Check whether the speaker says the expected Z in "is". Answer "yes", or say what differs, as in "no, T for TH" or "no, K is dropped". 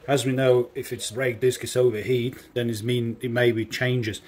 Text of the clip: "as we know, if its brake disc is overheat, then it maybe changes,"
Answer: no, S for Z